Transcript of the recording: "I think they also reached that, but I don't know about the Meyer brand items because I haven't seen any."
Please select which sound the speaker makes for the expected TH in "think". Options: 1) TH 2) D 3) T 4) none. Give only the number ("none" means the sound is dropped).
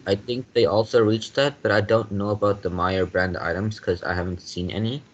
1